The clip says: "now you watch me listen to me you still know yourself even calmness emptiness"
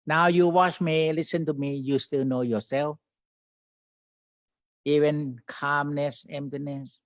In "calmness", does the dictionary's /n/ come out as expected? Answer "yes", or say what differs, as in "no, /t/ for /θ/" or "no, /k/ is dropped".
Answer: yes